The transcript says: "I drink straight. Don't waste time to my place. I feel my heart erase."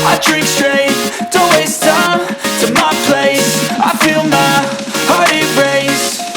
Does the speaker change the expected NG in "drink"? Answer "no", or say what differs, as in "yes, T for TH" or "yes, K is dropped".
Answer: yes, NG is dropped